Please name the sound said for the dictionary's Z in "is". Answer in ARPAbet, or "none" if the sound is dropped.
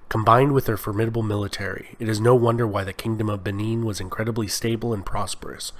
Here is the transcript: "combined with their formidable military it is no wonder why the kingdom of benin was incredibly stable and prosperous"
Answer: Z